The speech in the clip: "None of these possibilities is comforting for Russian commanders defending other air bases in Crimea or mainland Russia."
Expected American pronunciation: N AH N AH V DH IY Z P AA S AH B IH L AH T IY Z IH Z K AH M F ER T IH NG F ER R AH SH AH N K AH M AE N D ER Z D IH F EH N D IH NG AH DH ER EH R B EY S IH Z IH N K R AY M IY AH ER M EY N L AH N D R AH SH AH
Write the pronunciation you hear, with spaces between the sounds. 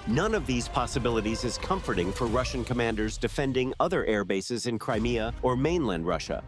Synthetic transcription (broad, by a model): N AH N AH V DH IY Z P AA S AH B IH L AH T IY Z IH Z K AH M F ER T IH NG F ER R AH SH AH N K AH M AE N D ER Z D IH F EH N D IH NG AH DH ER EH R B EY S IH Z IH N K R AY M IY AH ER M EY N L AH N D R AH SH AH